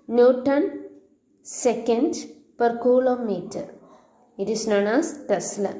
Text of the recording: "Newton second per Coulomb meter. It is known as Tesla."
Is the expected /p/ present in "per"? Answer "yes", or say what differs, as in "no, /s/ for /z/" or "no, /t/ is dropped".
yes